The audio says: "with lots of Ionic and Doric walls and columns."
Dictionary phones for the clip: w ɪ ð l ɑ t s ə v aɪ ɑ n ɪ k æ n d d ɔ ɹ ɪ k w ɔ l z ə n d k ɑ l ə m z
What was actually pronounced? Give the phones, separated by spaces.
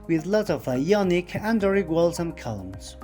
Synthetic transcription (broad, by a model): w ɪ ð l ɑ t ə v aɪ ɑ n ɪ k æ n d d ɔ ɹ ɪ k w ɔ l s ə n k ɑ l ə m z